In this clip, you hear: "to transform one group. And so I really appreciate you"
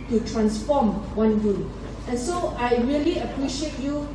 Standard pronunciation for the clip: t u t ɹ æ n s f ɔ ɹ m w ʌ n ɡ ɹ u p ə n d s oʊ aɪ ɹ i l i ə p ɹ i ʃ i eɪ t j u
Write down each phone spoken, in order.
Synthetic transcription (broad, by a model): t u t ɹ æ n s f ɔ m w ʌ n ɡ u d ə n s oʊ aɪ ɹ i l i ə p ɹ i ʃ i eɪ t j u